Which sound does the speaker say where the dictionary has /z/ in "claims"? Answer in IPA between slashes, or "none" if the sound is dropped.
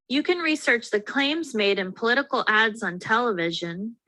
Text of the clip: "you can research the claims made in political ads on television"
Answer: /z/